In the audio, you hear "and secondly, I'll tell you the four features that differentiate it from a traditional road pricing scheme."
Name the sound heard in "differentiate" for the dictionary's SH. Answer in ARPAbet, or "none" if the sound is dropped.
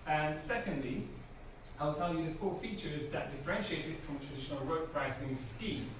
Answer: SH